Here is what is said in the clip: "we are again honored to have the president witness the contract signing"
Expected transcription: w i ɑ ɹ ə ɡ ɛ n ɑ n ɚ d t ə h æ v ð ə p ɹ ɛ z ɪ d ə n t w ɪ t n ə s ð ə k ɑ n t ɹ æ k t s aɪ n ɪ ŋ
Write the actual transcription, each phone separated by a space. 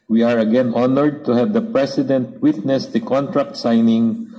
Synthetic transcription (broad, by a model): w i ɑ ɹ ə ɡ ɛ n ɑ n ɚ d t ə h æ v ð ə p ɹ ɛ s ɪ d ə n t w ɪ t n ə s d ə k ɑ n t ɹ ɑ k t s aɪ n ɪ ŋ